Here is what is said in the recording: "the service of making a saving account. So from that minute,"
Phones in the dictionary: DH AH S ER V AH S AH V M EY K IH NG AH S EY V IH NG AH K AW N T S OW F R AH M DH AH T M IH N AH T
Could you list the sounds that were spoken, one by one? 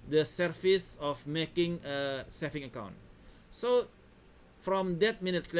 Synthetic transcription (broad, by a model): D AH S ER F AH S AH F M EY K IH NG AH S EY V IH NG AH K AW N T S OW F R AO M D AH T M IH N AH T